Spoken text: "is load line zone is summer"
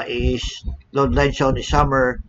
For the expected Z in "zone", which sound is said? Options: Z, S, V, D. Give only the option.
S